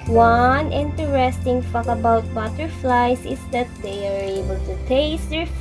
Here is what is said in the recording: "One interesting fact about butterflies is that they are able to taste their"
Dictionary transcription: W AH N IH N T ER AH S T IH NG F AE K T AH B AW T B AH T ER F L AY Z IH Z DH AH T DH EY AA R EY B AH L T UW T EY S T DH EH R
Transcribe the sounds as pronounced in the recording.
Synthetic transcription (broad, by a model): W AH N IH N T ER AH S T IH NG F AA K AH B AW T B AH T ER F L AY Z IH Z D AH T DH EY AA R EY B AH L T UW T EY S T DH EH R